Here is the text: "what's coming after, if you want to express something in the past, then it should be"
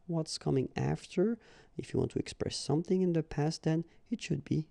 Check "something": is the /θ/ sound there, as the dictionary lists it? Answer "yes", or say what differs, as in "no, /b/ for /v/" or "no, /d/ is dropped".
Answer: yes